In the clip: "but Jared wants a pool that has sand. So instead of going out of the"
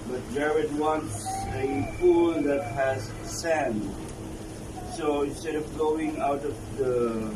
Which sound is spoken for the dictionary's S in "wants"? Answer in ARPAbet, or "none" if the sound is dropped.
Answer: S